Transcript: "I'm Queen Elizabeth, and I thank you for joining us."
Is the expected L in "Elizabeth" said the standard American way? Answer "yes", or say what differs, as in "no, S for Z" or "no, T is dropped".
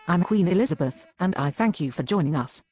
yes